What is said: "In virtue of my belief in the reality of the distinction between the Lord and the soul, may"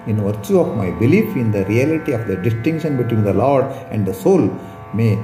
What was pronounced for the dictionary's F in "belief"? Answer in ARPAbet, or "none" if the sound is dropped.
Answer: F